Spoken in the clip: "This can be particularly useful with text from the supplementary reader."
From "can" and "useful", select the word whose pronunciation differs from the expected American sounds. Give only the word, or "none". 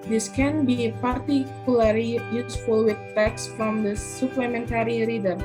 none